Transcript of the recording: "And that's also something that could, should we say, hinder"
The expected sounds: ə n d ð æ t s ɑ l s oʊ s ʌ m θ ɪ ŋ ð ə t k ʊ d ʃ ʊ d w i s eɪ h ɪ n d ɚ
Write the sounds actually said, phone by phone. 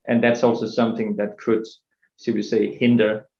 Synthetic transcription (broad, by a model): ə n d ð æ t s ɑ l s oʊ s ʌ m θ ɪ ŋ ð ə t k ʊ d s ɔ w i s eɪ h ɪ n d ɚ